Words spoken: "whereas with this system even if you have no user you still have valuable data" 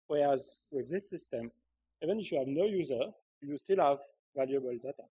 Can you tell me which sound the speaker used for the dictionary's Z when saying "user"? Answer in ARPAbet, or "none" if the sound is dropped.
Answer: Z